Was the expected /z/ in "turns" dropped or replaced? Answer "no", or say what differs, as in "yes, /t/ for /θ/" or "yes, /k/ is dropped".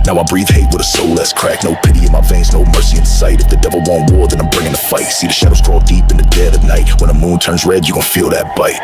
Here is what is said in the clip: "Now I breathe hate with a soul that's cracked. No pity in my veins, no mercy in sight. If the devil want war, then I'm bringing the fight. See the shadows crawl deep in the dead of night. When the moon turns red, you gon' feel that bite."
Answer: no